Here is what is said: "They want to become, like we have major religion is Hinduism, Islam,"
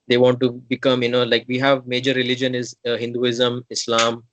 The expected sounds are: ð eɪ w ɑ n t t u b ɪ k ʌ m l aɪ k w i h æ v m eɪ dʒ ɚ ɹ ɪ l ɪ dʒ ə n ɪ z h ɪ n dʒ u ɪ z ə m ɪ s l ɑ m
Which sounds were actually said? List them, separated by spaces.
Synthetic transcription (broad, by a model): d eɪ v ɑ n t t u b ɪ k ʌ m l aɪ k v i h æ v m eɪ dʒ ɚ ɹ ɪ l ɪ dʒ ə n ɪ z h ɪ n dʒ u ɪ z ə m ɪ s l ɑ m